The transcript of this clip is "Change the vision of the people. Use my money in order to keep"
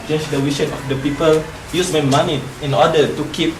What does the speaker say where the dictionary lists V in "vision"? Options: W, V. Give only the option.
W